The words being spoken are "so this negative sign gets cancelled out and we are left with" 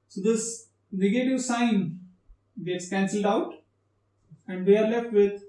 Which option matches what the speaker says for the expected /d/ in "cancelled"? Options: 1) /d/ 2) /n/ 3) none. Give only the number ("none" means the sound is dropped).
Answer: 1